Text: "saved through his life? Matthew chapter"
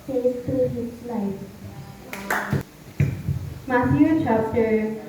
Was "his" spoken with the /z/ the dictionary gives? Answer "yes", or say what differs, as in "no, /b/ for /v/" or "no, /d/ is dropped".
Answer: no, /s/ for /z/